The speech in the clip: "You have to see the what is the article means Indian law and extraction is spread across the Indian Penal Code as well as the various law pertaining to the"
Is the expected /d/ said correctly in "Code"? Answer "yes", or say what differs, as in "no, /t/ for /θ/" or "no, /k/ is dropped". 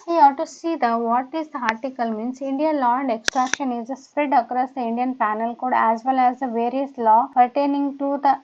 yes